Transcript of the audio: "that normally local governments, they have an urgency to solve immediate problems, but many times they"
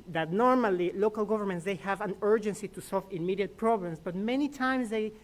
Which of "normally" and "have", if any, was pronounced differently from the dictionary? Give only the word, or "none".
none